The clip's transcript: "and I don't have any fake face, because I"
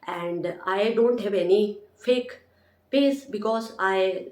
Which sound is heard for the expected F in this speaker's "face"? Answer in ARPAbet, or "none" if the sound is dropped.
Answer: P